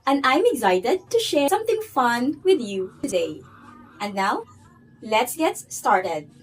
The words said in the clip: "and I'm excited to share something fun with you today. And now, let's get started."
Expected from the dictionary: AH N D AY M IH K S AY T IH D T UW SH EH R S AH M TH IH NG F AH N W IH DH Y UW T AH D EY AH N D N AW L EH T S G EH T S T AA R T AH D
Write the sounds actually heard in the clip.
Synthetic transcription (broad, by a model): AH N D AY M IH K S AY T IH D T UW SH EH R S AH M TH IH NG F AH N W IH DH Y UW T AH D EY AH N D N AW L EH T S G EH T S T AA R T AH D